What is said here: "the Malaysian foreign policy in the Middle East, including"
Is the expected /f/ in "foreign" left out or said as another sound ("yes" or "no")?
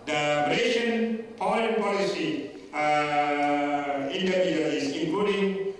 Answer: yes